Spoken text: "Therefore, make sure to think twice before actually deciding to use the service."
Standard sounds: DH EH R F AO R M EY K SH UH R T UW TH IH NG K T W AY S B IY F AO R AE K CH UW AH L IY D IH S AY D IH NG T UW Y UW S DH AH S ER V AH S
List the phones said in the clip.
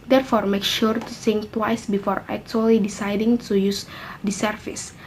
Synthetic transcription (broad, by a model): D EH R F AO R M EY K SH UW R T UW S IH NG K T W AY S B IY F AO R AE K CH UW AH L IY D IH S AY D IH NG T UW Y UW S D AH S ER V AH S